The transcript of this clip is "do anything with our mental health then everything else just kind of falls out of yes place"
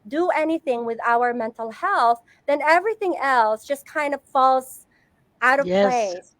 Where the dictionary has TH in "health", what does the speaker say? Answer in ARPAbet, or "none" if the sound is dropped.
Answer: TH